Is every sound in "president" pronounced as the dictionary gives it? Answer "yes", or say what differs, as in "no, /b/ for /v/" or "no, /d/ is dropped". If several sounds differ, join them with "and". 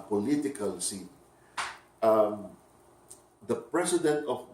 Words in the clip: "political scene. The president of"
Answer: no, /s/ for /z/